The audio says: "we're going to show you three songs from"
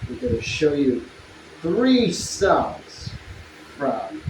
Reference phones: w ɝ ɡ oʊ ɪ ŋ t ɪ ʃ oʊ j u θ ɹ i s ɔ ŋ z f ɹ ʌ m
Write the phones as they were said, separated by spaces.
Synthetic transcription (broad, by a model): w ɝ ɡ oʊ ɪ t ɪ ʃ oʊ j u θ ɹ i s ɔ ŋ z f ɹ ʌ m